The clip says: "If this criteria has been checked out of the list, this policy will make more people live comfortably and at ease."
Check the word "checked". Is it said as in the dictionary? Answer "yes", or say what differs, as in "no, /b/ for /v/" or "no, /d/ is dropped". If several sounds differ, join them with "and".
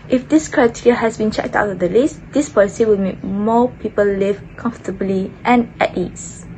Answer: yes